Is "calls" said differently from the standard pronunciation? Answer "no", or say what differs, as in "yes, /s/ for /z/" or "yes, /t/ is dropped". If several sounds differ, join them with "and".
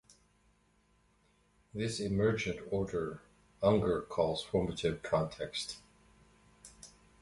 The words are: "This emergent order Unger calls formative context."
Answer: no